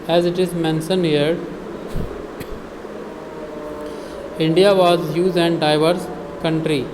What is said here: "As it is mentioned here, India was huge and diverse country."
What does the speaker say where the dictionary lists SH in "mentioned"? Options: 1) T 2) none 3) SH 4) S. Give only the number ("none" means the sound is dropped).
4